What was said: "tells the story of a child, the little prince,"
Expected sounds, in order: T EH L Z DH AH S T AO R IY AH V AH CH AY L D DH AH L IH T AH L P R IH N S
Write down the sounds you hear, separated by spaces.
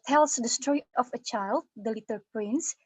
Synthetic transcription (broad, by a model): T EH L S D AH S T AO IY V AH CH AY L D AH L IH T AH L P R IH N S